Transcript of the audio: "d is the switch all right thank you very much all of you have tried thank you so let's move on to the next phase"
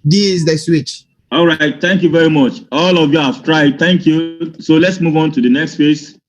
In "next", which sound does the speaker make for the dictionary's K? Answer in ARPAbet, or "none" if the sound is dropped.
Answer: K